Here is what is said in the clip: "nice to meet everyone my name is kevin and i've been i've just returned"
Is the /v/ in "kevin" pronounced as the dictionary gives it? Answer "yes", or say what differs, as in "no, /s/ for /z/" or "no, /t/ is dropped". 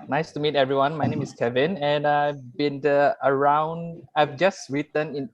yes